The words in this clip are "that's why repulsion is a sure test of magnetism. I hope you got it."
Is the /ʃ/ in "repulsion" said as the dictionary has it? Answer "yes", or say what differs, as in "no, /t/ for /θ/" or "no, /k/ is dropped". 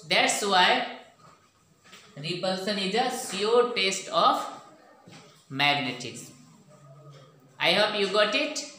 no, /s/ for /ʃ/